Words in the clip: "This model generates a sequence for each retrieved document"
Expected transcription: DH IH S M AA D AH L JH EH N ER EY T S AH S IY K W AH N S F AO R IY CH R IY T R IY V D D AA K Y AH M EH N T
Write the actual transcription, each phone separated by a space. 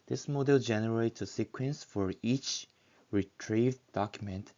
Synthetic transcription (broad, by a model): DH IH S M AA D AH L JH EH N ER EY T S AH S IY K W AH N S F AO R IY CH R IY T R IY V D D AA K Y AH M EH N T